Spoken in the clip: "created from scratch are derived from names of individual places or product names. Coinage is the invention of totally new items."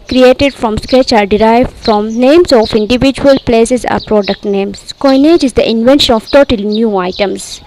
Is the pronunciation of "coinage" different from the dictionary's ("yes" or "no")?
no